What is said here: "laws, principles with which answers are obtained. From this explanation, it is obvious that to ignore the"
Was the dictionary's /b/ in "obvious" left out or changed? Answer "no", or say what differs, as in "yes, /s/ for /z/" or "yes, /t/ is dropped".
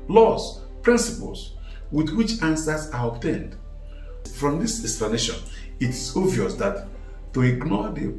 yes, /b/ is dropped